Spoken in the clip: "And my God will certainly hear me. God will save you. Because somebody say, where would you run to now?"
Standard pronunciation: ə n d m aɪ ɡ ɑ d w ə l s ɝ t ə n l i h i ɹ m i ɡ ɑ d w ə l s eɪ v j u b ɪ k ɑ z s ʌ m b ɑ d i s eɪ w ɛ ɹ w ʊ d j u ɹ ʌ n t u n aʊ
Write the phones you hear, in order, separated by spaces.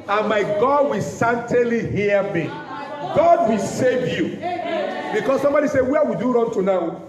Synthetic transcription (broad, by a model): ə n m aɪ ɡ ɑ d w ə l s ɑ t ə l i h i m i ɡ ɑ d w ə l s eɪ v j u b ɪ k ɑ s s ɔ m b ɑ d i s eɪ w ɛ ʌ w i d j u ɹ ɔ n t u n aʊ